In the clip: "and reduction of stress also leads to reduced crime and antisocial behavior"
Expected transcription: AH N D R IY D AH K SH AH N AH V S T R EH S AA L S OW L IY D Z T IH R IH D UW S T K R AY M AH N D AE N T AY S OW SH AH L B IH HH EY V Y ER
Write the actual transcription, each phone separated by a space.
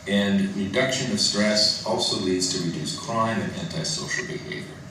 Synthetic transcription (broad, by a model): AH N R IY D AH K SH AH N AH V S T R EH S AA L S OW L IY D Z T IH R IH D UW S K L AY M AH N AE N T AY S OW SH L B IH HH EY V Y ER